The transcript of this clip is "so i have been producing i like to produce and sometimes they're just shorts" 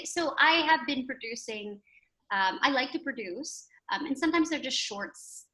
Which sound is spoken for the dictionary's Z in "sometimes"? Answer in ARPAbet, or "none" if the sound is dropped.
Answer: Z